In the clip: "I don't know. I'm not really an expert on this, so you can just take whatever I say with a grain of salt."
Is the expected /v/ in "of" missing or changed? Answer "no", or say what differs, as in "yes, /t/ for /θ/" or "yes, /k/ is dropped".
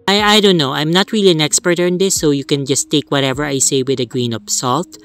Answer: yes, /p/ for /v/